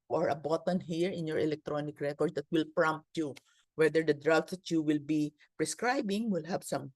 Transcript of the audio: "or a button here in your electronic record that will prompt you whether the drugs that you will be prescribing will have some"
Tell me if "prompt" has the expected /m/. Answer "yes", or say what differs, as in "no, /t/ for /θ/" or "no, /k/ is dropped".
yes